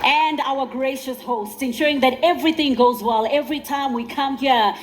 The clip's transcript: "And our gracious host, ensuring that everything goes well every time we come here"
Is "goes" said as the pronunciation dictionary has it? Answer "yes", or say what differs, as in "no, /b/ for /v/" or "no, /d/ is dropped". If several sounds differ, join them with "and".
yes